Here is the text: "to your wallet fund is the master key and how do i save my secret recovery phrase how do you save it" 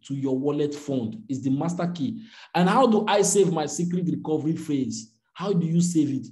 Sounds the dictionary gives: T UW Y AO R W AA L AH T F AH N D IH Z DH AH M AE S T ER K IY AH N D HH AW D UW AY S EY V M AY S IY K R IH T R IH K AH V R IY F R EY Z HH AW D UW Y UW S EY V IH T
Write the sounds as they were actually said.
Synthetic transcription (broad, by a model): T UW Y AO W AA L AH T F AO N D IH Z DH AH M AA S T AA K IY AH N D HH AW D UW AY S EY V M AY S IY K R IH T R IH K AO V R IY F EY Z HH AW D UW Y UW S EY V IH T